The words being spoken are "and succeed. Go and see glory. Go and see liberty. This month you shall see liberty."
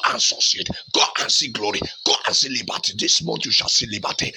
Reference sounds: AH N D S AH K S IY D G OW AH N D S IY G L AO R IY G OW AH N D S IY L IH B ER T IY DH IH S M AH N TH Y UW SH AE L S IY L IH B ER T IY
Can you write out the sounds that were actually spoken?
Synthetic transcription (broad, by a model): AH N S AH S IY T G OW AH N S IY G L AO R IY G OW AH N S IY L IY B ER T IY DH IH S M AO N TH Y UW SH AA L S IY L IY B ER T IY